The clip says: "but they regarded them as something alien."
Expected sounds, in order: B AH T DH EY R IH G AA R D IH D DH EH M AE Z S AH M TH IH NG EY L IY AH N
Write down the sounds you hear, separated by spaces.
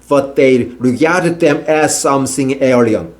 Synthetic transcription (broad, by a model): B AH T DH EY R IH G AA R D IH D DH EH M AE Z S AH M S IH NG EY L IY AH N